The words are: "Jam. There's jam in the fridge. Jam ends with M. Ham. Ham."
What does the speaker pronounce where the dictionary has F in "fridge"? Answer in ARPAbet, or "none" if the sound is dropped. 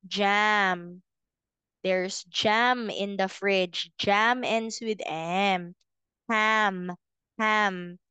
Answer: F